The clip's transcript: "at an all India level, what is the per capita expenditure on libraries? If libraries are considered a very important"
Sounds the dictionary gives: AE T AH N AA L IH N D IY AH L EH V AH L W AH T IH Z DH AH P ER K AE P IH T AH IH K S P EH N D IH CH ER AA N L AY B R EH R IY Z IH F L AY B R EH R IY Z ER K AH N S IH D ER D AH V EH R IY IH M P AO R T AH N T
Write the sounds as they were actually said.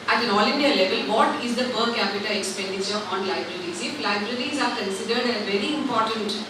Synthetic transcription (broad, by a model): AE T AH N AA L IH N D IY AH L EH V AH L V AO T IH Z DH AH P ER K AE P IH T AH IH K S P EH N D IH CH ER AA N L AY B R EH R IY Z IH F L AY B R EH R IY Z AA K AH N S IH D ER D AH V EH R IY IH M P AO R T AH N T